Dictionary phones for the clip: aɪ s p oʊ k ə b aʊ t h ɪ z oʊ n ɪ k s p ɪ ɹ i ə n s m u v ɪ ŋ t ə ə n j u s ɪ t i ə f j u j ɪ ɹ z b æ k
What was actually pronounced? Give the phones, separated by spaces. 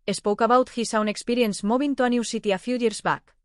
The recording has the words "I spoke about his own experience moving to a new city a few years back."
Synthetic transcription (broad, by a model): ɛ s p oʊ k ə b aʊ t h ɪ s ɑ n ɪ k s p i ɹ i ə n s m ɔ b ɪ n t ə ə n j u s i t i ə f j u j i ɹ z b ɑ k